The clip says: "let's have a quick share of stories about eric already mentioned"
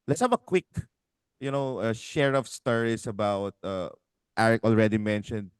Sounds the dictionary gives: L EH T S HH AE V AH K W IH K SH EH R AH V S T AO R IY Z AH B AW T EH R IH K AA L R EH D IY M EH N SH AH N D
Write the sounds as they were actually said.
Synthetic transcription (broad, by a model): L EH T S HH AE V AH K W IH K SH EH R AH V S T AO R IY S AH B AW T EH R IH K AA L R EH D IY M EH N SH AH N D